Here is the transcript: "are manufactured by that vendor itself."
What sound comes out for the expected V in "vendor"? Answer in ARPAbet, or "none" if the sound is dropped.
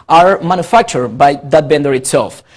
B